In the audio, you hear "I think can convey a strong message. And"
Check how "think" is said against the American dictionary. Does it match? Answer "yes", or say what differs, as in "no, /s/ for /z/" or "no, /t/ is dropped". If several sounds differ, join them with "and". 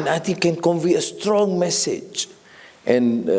no, /t/ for /θ/